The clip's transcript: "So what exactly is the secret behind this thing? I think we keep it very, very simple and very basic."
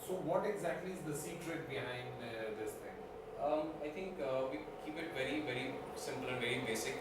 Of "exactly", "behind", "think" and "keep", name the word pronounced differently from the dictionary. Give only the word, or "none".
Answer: think